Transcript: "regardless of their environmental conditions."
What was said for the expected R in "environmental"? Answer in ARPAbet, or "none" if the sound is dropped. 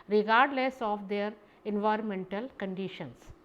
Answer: R